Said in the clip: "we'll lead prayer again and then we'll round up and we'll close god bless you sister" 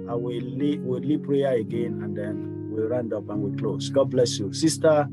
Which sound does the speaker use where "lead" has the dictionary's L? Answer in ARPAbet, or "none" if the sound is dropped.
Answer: W